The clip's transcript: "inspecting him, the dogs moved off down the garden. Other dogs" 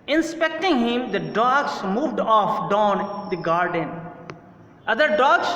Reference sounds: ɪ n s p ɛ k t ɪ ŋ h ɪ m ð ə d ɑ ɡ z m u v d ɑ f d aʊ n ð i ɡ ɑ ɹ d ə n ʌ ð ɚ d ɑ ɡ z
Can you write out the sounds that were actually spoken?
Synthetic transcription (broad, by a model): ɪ n s p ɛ k t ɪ ŋ h ɪ m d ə d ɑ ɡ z m u v d ɑ f d aʊ n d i ɡ ɑ ɹ d ə n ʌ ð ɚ d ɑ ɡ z